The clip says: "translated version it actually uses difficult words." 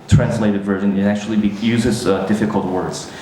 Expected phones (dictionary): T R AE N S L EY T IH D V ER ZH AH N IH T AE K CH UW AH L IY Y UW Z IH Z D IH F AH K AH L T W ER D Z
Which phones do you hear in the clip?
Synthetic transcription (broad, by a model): T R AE N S L EY T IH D V ER ZH AH N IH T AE K CH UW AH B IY Y UW Z IH Z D IH F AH K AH L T W ER D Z